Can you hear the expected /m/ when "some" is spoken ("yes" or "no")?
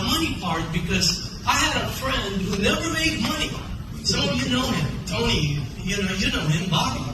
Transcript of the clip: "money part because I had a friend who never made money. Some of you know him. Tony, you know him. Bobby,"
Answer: no